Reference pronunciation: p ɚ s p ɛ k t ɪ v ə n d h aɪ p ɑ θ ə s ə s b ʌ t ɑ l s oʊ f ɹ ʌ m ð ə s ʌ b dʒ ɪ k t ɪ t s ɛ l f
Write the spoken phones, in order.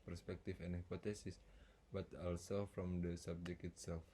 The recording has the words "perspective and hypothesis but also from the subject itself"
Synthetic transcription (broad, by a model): p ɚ s p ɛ k t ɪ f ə n h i p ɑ t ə s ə s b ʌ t ɑ l s oʊ f ɹ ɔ m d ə s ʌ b dʒ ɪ k ɪ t s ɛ l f